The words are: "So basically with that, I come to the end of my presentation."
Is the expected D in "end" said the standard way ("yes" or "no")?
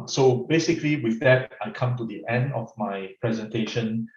yes